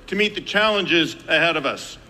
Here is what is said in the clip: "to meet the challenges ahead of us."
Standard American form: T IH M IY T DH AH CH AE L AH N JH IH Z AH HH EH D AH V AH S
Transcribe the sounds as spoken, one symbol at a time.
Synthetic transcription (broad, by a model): T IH M IY T DH AH CH AE L AH N JH IH Z AH HH EH D AH V AH S